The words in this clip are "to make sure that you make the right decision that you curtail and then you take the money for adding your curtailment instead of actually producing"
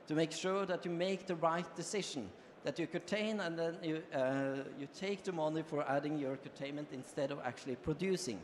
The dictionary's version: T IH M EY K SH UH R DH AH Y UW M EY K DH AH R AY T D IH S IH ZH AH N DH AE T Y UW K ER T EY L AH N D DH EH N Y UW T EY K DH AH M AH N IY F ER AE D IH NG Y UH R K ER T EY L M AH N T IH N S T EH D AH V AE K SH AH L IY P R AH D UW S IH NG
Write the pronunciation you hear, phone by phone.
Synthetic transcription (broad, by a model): T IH M EY K SH UH R DH AH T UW M EY K DH AH R AY T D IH S IH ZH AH N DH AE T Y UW K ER T EY N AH N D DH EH N Y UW T EY K DH AH M AH N IY F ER AE D IH NG Y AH R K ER T EY N M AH N T IH N S T EH D AH V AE K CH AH L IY P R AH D UW S IH NG